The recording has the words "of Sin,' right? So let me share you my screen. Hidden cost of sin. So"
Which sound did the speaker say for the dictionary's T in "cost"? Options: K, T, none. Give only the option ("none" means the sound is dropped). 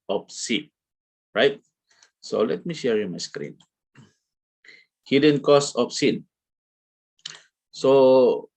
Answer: none